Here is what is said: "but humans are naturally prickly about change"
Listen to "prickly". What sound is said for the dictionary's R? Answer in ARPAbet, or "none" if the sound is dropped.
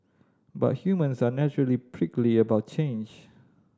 R